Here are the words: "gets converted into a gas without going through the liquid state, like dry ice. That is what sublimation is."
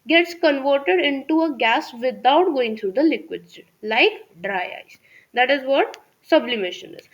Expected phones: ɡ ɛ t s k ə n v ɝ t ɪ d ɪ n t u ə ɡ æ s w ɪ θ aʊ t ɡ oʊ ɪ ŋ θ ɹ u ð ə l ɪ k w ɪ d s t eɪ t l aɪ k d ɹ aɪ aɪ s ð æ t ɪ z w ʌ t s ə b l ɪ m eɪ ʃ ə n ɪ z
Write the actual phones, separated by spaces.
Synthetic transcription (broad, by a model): ɡ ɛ t s k ə n v ɝ t ɪ d ɪ n t u ə ɡ æ s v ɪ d aʊ t ɡ oʊ ɪ ŋ t ɹ u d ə l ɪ k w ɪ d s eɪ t l aɪ k d ɹ aɪ aɪ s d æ t ɪ z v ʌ t s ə b l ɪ m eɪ ʃ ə n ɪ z